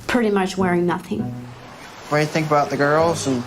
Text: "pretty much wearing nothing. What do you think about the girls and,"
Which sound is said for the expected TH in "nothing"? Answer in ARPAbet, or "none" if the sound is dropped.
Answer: TH